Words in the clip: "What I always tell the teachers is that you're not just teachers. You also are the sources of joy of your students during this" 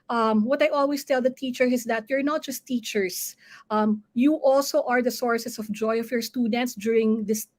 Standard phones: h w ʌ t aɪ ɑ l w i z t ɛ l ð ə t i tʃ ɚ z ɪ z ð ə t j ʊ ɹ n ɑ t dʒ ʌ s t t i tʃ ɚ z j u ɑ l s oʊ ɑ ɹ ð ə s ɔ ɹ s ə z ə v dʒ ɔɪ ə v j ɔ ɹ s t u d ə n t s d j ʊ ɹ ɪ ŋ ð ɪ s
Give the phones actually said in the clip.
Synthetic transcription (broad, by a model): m w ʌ t aɪ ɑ l w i s t ɛ l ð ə t i tʃ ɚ ɪ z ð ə t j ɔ ɹ n ɑ t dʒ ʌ s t t i tʃ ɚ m j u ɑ l s oʊ ɑ ɹ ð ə s ɔ ɹ s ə s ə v dʒ ɔɪ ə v j ɔ ɹ s t u d ə n t s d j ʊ ɹ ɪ ŋ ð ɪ s